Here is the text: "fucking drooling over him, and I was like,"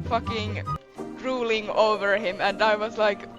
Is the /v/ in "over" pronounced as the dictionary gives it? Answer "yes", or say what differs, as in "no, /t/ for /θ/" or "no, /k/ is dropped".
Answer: yes